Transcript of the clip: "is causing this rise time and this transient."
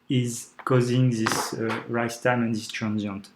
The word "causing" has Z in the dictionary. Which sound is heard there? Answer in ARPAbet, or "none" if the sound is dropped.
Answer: Z